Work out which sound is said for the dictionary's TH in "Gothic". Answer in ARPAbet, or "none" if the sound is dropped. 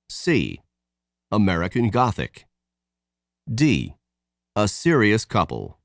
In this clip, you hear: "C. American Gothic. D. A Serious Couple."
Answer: TH